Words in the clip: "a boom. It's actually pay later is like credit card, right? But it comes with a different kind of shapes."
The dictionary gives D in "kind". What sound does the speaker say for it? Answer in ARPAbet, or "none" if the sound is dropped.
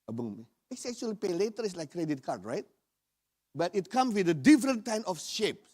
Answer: none